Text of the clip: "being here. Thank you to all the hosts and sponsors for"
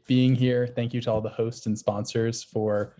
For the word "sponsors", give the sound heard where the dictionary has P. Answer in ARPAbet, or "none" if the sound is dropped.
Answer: P